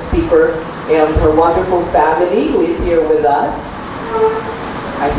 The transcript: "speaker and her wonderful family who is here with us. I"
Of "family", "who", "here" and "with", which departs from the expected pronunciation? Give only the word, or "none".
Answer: none